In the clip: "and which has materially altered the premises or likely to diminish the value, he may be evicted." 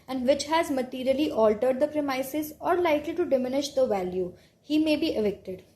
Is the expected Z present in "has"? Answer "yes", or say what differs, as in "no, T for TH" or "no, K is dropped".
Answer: yes